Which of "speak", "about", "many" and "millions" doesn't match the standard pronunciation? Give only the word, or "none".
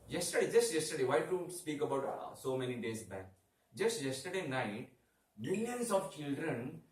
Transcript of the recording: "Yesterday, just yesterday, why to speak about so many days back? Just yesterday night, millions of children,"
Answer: millions